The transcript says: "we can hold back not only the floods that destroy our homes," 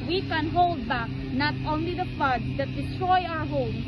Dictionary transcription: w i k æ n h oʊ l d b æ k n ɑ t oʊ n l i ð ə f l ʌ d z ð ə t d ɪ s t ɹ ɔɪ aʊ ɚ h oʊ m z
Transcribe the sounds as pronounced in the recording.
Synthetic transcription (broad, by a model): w i k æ n h oʊ l d b æ k n ɑ t oʊ n l i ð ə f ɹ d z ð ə t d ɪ t ɹ ɔɪ aʊ ɚ h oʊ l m